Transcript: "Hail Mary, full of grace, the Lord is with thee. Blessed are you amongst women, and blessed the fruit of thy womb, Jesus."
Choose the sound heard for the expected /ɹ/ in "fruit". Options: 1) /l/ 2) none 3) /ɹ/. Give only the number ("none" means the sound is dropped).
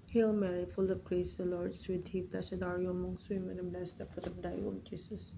2